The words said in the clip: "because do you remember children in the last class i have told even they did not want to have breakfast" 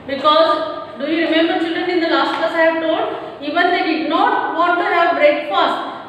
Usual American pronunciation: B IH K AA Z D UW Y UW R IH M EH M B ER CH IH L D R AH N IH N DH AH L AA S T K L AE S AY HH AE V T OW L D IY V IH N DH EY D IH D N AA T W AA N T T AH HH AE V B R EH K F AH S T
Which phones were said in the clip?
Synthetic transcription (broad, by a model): B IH K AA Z D UW Y UW R IH M EH M B ER CH IH L D R AH N IH N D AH L AA S T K AA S AY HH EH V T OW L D IY V IH N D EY D IH D N AA T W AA T T AH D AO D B R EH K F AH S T